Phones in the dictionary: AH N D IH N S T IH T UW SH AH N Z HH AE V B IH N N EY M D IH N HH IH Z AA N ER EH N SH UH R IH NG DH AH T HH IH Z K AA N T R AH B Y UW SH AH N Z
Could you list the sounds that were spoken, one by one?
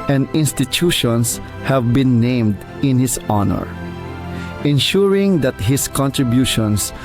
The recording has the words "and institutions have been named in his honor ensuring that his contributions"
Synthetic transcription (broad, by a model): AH N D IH N S T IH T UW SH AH N S HH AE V B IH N N EY M D IH N HH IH S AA N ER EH N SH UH R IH NG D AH T HH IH S K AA N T R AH B Y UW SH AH N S